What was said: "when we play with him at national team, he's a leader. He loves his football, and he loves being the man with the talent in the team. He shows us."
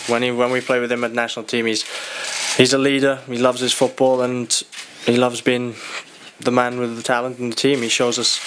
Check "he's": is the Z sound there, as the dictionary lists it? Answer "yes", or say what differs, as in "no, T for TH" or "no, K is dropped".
yes